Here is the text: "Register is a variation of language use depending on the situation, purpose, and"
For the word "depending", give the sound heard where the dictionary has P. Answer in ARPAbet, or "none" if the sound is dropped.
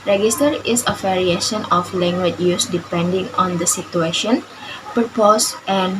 P